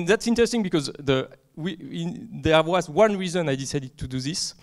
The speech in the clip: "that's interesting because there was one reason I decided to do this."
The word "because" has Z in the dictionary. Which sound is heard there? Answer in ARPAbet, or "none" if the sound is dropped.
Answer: Z